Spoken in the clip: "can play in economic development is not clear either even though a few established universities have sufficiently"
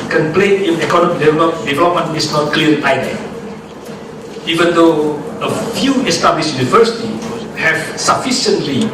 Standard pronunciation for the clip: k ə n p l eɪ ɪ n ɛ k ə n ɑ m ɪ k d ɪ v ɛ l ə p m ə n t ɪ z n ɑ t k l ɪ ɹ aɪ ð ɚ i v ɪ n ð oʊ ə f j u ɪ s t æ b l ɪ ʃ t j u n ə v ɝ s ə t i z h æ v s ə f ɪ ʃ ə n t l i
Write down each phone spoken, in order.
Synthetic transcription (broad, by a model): k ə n p l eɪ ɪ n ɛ k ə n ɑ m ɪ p d ɪ v ɛ l ə p m ə n t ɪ s n ɑ t k l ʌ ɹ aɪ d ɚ i v ɪ n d oʊ ə f j u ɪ s t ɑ b l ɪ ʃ j u n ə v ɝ s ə t i h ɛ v s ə f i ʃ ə n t l i